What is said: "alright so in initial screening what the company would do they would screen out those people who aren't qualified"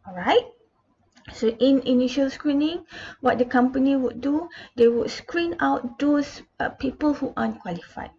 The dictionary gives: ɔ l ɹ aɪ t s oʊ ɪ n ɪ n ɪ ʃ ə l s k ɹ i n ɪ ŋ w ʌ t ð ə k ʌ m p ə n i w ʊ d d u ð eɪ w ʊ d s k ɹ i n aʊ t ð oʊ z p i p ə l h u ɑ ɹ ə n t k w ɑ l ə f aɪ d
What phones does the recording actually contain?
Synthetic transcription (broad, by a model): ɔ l ɹ aɪ t s oʊ ɪ n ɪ n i ʃ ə l s k ɹ i n ɪ ŋ w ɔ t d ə k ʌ m p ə n i w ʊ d d u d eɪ w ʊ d s k ɹ i n aʊ t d oʊ s p i p ə l h u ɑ ə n k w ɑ l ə f aɪ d